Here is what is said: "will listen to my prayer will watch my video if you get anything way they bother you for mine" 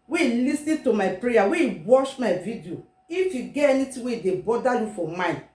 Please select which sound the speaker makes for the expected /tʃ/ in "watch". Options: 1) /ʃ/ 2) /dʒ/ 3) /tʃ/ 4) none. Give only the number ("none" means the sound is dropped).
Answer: 1